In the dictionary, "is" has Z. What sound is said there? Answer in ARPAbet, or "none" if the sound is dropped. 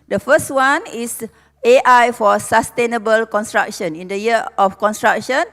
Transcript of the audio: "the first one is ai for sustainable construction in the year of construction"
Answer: S